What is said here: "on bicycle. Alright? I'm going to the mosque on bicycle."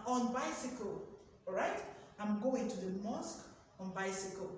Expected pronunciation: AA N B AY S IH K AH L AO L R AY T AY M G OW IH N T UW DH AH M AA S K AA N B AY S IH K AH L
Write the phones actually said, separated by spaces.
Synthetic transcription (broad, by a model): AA N B AY S IH K AH L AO R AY T AY M G OW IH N T UW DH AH M AA S K AA N B AY S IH K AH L